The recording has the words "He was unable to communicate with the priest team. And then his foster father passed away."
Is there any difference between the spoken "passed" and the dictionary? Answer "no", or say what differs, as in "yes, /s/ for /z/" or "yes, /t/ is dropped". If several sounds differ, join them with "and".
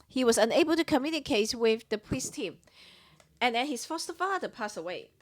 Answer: yes, /t/ is dropped